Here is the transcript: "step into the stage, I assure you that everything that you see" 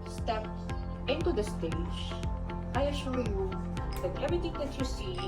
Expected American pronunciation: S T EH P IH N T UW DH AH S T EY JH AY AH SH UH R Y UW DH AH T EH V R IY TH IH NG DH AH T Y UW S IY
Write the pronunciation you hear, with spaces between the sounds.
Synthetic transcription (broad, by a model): S T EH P IH N T UW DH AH S T EY JH AY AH SH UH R Y UW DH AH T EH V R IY T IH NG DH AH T Y UW S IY